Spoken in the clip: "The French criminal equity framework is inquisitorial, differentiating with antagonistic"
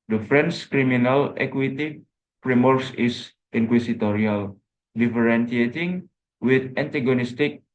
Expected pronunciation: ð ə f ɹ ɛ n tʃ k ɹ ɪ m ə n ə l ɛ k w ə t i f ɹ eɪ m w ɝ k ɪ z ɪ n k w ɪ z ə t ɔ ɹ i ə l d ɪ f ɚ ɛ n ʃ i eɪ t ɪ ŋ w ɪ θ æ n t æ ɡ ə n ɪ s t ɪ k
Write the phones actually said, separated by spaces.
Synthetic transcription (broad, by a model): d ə f ɹ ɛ n s k ɹ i m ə n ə l ɛ k w ə t i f ɹ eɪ m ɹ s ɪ s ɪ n k w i s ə t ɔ ɹ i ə l d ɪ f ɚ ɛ n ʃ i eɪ t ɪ ŋ w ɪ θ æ n t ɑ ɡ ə n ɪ s t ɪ k